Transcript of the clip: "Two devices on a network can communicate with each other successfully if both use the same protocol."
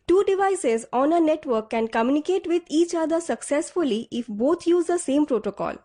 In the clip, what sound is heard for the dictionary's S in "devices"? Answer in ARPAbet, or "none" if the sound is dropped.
S